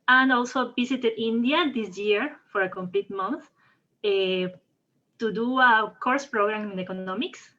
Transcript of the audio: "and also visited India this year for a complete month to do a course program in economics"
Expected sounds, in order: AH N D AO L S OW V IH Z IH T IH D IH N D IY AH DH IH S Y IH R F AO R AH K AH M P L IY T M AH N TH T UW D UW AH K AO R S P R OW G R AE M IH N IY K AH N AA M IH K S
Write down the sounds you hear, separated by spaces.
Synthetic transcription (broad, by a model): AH N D AO L S OW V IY S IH T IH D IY N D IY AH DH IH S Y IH R F AO R AH K AH M P L IY T M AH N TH T UW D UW AH K AO R S P R OW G R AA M IH N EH K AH N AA M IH K S